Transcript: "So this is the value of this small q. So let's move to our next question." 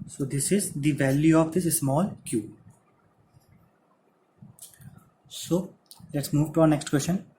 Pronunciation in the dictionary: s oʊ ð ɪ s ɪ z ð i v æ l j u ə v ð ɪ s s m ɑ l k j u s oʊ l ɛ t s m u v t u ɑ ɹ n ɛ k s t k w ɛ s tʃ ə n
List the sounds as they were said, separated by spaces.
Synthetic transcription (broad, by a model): s oʊ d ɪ s ɪ z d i v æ l j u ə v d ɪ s s m ɑ l k j u s oʊ l ɛ t s m u v t u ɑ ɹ n ɛ k s t k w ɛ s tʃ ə n